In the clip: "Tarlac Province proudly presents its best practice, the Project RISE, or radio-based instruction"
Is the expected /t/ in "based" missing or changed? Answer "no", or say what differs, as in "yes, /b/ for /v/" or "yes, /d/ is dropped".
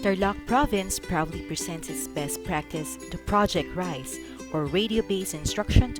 yes, /t/ is dropped